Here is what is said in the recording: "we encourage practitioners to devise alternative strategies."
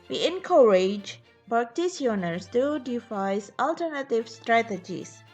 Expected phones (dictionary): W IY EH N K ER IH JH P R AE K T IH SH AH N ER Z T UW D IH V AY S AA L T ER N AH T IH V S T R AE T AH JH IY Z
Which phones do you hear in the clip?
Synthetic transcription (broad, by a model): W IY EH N K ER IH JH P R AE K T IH S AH N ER S T UW D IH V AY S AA L T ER N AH T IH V S T R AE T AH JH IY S